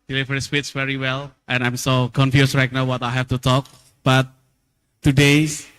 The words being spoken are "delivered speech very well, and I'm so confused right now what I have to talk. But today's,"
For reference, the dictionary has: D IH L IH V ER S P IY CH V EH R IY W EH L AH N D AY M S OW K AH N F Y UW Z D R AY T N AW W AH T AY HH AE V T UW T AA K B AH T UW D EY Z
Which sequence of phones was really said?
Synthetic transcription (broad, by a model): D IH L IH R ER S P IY S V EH R IY W EH L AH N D AY M S OW K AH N F Y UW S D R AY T N AW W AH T AY HH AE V T UW T AA K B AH T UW D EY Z